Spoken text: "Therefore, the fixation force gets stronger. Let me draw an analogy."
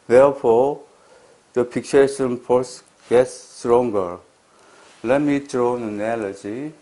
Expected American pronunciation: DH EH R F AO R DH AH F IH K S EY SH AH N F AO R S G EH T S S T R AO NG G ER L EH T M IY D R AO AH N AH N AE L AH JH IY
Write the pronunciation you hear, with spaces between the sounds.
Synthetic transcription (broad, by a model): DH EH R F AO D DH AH P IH K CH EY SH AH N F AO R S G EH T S S T R AO NG G ER L EH T M IY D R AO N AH N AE L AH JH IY